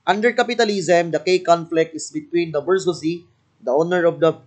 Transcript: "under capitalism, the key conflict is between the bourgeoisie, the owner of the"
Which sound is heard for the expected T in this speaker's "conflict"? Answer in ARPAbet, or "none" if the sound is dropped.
T